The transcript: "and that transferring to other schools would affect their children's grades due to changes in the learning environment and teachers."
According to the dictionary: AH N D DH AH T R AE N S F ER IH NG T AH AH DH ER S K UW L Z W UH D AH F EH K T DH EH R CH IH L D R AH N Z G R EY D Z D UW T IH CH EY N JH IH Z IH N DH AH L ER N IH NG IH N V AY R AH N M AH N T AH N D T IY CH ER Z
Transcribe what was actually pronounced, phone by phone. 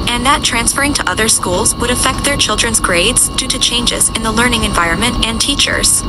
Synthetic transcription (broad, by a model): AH N DH AH T R AE N S F ER IH NG T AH AH DH ER S K UW L Z W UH D AH F EH K T DH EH R CH IH L D R AH N Z G R EY D Z D UW T IH CH EY N JH IH Z IH N DH AH L ER N IH NG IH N V AY R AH N M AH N T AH N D T IY CH ER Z